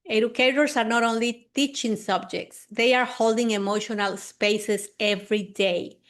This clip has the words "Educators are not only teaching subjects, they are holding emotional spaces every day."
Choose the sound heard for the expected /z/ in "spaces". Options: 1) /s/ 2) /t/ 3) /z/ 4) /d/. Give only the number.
1